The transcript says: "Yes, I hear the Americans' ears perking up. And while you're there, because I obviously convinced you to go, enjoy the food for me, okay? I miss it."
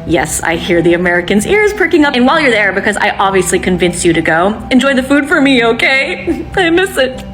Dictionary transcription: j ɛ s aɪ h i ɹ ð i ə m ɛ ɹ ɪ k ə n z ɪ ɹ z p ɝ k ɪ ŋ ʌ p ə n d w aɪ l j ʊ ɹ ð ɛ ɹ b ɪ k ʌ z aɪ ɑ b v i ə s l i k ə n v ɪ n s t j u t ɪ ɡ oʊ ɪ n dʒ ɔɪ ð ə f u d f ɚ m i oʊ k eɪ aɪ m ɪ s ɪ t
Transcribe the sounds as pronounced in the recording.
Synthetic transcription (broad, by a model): j ɛ s aɪ h i ɹ ð i ə m ɛ ɹ ɪ k ə n z ɪ ɹ z p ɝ k ɪ ŋ ʌ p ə n w aɪ l j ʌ ɹ ð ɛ ɹ b ɪ k ʌ z aɪ ɑ b v i ə s l i k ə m v ɪ n s j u t ɪ ɡ oʊ ɪ n dʒ ɔɪ ð ə f u d f ɚ m i oʊ k eɪ aɪ m ɪ s ɪ t